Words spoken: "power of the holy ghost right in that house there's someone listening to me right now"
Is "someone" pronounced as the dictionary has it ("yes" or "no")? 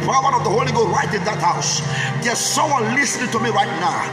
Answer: no